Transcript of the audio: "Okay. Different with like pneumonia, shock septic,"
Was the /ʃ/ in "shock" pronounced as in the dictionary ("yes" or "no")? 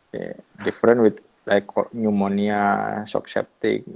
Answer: no